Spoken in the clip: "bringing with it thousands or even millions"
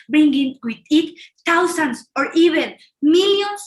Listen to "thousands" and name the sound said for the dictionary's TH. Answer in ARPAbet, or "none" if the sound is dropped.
T